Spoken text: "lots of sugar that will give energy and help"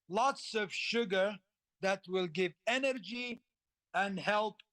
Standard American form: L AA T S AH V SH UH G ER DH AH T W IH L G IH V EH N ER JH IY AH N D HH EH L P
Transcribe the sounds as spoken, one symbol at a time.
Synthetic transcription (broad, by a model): L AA T S AH V SH UH G ER DH AH T W IH L G IH V EH N ER JH IY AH N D HH EH L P